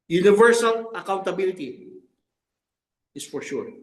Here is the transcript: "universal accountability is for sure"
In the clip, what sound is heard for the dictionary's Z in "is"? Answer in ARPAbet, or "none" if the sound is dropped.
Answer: S